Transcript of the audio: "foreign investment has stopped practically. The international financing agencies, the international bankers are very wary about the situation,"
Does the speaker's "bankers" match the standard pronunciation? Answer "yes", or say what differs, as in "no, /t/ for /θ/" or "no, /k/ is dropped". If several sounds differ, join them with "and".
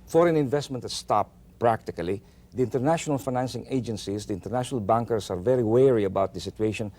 no, /s/ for /z/